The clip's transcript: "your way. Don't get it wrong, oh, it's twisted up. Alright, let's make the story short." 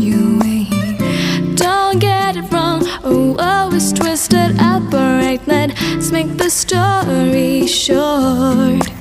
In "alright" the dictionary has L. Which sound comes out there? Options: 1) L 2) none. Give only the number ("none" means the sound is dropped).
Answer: 2